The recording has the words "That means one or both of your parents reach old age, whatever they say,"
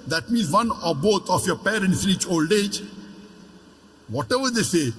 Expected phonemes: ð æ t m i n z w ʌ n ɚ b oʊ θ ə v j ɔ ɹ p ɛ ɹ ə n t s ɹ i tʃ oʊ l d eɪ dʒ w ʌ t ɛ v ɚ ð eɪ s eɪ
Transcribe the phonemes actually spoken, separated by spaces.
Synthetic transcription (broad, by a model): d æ t m i n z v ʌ n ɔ b oʊ t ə f j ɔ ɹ p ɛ ɹ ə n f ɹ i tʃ oʊ l d eɪ dʒ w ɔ t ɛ v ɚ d eɪ s eɪ